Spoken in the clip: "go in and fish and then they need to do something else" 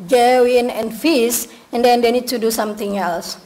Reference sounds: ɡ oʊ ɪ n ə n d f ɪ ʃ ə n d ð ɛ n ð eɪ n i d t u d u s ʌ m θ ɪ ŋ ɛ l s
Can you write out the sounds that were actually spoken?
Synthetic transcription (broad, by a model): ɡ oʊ ɪ n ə n f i s ə n d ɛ n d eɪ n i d t u d u s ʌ m t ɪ ŋ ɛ l s